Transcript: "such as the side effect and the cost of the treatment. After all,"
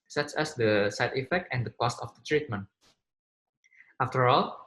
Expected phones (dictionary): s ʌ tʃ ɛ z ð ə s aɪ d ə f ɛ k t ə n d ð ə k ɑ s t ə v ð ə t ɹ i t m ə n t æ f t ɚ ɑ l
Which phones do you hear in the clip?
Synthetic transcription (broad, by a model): s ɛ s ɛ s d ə s aɪ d ə f ɛ k t ə n d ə k ɑ s t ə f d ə t ɹ i t m ə n t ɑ f t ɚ ɑ l